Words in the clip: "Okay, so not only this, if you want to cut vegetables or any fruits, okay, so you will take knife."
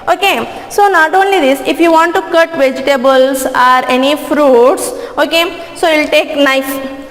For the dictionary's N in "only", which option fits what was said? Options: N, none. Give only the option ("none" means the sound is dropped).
N